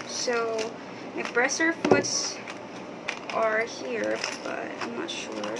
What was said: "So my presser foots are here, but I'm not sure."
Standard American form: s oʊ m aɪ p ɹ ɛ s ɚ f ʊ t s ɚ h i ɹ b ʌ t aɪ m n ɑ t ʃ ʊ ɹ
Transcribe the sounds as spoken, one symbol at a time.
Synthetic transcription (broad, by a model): s oʊ m aɪ b ɹ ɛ s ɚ f ʊ t s ɚ h i ɹ b ʌ t aɪ m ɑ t ʃ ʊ ɹ